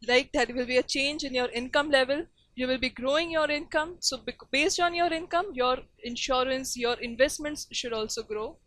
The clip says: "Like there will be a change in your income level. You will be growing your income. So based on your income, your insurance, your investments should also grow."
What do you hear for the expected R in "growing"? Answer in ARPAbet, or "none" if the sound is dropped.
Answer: R